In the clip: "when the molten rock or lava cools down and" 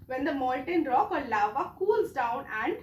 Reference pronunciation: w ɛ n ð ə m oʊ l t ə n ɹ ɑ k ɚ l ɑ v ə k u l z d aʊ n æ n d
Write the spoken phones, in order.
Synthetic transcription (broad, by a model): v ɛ n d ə m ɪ n t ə n ɹ ɑ k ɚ l ɑ v ə k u l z d aʊ n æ n d